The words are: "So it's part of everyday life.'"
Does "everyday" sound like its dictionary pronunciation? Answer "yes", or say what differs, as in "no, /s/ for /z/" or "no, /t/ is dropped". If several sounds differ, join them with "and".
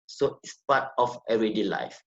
no, /v/ is dropped